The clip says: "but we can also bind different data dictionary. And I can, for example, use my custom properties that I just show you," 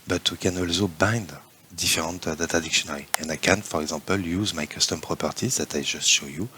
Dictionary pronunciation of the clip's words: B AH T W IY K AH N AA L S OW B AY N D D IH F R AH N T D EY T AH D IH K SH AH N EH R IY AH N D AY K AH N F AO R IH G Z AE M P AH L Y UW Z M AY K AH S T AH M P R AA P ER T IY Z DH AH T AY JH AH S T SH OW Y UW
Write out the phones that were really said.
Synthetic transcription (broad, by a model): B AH T W IY K AH N AA L S OW B AY N D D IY F R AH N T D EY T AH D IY K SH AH N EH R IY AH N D AY K AH N F AO R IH G Z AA P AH L Y UW Z M AY K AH S T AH M P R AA P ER T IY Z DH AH T AY JH AH S T SH OW Y UW